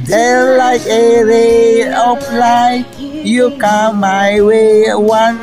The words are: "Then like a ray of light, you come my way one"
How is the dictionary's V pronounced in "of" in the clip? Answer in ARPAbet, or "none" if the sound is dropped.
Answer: P